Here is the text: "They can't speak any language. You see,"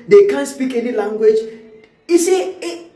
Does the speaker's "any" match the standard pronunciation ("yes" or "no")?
yes